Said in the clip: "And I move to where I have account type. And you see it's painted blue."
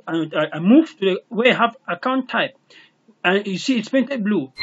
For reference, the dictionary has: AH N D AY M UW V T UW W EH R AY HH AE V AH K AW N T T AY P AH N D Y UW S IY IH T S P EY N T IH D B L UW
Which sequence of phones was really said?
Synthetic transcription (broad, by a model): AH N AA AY M UW V T UW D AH W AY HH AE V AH K AW N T T AY P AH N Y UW S IY IH T S P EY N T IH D B L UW